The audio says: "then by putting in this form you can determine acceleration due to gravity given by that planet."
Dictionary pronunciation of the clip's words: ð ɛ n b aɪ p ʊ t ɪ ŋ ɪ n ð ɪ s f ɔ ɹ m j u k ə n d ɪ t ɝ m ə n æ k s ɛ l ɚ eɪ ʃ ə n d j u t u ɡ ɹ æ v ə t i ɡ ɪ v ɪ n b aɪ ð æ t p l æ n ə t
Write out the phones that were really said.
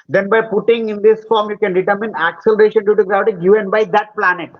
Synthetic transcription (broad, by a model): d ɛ n b aɪ p ʊ t ɪ ŋ ɪ n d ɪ s f ɔ ɹ m j u k ə n d ɪ t ɝ m ə n æ k s ɛ l ɚ eɪ ʃ ə n d j u t u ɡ ɹ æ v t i ɡ ɪ v ɪ n b aɪ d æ t p l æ n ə t